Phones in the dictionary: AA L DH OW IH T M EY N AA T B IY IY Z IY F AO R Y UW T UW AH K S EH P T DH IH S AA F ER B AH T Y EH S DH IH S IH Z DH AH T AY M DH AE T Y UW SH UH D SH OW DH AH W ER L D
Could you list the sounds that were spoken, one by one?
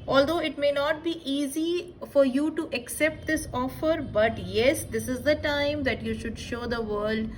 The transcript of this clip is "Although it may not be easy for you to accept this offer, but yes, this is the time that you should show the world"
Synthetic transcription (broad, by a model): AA L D OW IH T M EY N AA T B IY IY Z IY F AO R Y UW T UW AH K S EH P T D IH S AA F ER B AH T Y EH S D IH S IH Z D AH T AY M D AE T Y UW SH UH D SH OW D AH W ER L D